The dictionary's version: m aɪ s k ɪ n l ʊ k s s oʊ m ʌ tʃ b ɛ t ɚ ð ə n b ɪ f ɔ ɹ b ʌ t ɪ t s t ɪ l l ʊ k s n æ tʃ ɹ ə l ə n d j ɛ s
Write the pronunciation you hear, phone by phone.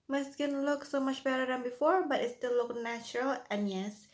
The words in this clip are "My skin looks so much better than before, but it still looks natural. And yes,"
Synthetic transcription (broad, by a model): m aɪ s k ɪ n l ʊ k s s oʊ m ʌ tʃ b ɛ t ɚ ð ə n b ɪ f ɔ ɹ b ʌ t ɪ t s t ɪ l l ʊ k n æ tʃ ɹ ə l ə n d j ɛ s